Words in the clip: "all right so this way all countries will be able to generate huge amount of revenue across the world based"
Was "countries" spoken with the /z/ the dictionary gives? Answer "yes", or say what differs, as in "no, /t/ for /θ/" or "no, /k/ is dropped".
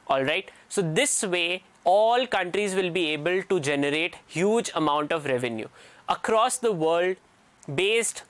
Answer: yes